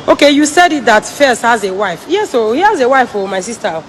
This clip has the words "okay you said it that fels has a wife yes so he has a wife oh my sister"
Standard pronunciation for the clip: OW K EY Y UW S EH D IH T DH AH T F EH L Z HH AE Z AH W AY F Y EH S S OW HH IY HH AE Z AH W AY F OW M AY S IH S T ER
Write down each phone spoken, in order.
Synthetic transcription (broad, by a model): OW K EY Y UW S EH D IH T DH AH T F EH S HH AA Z AH W AY F Y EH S S OW HH IY HH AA Z AH W AY F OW M AY S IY S T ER